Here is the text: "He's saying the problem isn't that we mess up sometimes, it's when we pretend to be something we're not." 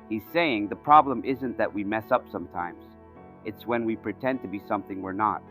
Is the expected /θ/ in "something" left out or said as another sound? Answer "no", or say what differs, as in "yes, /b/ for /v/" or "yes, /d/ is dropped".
no